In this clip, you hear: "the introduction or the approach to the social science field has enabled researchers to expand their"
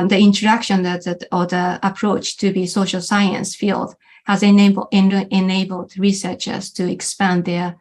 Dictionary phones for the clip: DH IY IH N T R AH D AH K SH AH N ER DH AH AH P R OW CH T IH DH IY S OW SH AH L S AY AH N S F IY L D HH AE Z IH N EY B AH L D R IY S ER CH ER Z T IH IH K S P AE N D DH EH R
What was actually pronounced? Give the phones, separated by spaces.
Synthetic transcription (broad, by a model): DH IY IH N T AH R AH K SH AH N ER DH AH AH P R OW CH T IH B IY S OW SH AH L S AY AH N S F IY L D HH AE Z IH N EY B AH L D R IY S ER CH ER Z T IH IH K S P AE N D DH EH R